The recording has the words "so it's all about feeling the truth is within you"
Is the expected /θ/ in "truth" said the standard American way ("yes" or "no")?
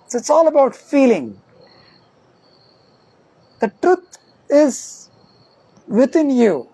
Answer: no